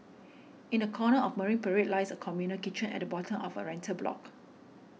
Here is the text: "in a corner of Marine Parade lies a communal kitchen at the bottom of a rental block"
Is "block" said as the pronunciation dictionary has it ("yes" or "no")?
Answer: yes